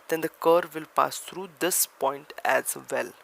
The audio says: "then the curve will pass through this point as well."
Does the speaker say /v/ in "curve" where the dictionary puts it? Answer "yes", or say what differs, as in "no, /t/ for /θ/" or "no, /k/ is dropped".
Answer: yes